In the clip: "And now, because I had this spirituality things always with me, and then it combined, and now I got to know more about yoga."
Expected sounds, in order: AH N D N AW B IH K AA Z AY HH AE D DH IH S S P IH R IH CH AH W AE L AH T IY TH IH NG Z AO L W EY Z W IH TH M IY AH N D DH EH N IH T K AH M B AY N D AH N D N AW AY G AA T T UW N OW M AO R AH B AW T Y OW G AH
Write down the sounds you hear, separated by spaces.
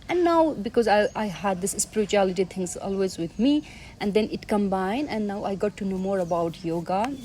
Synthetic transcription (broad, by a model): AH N N AW B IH K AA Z AY HH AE D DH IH S S P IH R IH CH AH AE L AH T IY T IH NG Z AO L W EY Z W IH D M IY AH N D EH N IH T K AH M B AY N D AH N N AW AY G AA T T UW N OW M AO R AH B AW T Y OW G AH